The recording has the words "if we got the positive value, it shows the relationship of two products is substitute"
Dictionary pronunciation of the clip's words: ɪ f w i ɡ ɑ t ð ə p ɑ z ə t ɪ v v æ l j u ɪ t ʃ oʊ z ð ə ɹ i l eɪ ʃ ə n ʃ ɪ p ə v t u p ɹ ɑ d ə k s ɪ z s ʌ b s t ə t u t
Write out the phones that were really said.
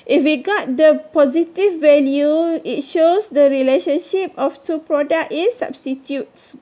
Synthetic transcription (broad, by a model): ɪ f w i ɡ ɑ t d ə p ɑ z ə t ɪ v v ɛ l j u ɪ t ʃ oʊ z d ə ɹ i l eɪ ʃ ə n ʃ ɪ p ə f t u p ɹ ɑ d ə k ɪ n s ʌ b s t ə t u t